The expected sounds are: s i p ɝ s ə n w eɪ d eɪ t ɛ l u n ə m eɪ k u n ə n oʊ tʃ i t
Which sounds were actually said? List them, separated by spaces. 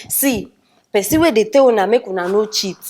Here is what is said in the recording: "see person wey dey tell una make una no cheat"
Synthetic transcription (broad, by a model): s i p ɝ s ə w eɪ d eɪ t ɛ w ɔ n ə m eɪ k u n ə n oʊ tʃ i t